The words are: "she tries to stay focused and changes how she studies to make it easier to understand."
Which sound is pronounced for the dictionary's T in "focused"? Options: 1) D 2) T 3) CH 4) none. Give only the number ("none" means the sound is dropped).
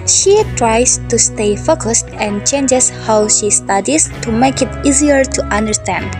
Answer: 2